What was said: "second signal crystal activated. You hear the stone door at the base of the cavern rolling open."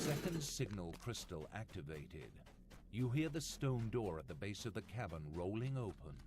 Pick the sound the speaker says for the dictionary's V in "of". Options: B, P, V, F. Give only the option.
V